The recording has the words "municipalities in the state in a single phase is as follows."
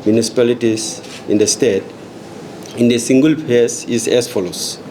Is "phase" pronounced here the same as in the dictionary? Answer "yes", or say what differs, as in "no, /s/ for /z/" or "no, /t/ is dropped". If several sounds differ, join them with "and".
no, /p/ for /f/ and /s/ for /z/